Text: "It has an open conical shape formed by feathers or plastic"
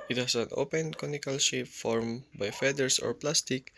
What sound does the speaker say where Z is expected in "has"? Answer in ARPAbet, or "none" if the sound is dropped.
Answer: S